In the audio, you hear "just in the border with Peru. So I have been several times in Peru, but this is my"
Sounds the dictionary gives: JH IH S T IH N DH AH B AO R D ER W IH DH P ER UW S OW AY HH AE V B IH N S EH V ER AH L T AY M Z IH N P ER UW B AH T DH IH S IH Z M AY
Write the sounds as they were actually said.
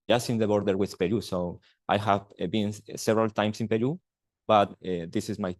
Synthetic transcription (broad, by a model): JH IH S IH N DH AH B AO R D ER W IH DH P ER UW S OW AY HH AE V B IH N S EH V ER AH L T AY M S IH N P ER UW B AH T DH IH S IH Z M AY